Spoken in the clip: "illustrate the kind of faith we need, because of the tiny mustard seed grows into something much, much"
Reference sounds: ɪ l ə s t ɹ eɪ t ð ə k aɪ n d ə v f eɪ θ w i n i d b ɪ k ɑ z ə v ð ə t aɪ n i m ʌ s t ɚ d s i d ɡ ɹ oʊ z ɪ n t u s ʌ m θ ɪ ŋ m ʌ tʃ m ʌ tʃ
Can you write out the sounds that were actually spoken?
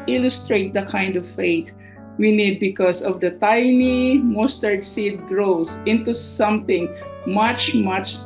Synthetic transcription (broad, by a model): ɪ l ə s t ɹ eɪ t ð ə k aɪ n d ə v f eɪ t w i n i d b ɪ k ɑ s ə v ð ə t aɪ n i m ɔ s t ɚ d s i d ɡ ɹ oʊ s ɪ n t u s ʌ m θ ɪ ŋ m ʌ tʃ m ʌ tʃ